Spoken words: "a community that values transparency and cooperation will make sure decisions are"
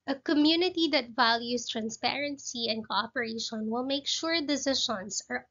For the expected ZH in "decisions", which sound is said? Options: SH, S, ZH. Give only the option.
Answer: SH